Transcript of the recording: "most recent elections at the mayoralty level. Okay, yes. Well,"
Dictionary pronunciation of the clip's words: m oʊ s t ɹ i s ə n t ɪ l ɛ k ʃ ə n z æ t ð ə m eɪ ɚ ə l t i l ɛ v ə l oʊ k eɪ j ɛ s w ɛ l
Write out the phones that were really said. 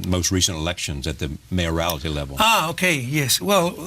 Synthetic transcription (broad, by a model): m oʊ s t ɹ i s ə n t ɪ l ɛ k ʃ ə n z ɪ t ð ə m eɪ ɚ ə l t i l ɛ v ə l oʊ k eɪ j ɛ s w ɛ l